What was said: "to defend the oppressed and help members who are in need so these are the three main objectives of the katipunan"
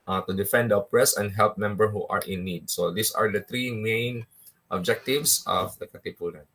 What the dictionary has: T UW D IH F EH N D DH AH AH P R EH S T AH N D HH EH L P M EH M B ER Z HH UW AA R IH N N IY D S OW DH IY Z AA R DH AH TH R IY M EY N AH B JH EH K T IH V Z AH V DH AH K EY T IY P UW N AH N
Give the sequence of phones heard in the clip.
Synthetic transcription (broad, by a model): T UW D IH F EH N D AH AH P R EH S AH N D HH EH L P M EH M B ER HH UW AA R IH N N IY D S OW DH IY S AA R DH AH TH R IY M EY N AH B JH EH K T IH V S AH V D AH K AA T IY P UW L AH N